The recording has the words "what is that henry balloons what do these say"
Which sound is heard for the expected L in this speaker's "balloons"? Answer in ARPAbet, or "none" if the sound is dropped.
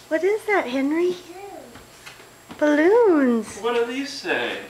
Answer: L